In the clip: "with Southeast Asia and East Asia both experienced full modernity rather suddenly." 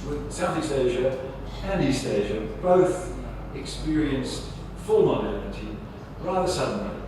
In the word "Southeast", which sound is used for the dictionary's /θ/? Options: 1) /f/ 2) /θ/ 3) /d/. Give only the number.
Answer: 2